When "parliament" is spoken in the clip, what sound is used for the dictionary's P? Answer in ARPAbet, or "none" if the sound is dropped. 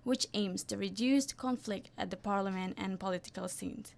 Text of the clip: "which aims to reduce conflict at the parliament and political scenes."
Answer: P